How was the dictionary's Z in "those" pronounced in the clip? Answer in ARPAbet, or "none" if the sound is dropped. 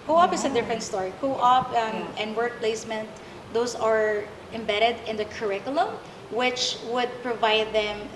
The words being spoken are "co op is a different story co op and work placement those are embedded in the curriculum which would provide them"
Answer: S